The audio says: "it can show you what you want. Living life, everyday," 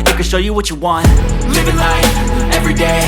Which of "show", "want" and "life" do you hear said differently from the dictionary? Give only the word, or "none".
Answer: none